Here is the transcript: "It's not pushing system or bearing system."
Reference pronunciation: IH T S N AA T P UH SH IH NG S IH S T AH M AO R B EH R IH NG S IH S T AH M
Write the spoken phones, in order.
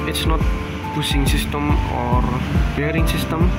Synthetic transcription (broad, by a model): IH T S N AA T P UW S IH NG S IH S T AH M AO R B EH R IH NG S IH S T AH M